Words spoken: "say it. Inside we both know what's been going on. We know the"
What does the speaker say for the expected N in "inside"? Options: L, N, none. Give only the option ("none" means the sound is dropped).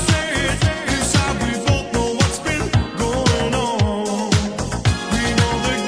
none